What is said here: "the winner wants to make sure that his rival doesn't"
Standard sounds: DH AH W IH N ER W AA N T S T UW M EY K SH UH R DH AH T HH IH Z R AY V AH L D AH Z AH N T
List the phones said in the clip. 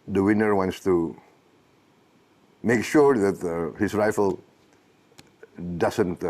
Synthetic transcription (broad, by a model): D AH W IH N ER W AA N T S T UW M EY K SH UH R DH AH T HH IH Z R AY F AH L D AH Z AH N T